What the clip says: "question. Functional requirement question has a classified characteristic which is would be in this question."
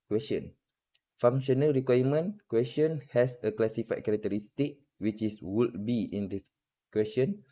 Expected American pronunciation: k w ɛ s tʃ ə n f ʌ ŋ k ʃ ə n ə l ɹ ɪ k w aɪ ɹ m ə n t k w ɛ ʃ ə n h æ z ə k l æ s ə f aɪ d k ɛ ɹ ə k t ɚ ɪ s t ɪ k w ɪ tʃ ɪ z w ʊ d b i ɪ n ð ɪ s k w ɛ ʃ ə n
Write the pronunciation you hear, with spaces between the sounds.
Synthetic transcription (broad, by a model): k w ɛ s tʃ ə n f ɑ ŋ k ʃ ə n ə l ɹ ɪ k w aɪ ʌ m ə n k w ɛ s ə n h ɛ s ə k l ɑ s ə f aɪ k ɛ ɹ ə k t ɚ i s t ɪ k w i tʃ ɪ s w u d b i ɪ n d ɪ s k w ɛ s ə n